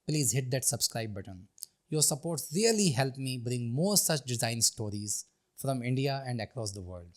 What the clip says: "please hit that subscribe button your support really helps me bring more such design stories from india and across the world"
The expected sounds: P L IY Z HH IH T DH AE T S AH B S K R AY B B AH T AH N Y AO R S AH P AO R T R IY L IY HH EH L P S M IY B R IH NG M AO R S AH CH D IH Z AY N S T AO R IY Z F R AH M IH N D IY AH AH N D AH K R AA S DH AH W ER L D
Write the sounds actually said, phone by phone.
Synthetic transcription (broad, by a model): P L IY Z HH IH T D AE T S AH B S K R AY B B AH T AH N Y AO R S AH P AO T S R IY L IY HH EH L P M IY B R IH NG M AO R S AH CH D IH Z AY N S T AO R IY Z F R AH M IH N D IY AH AH N D AH K R AA S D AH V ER L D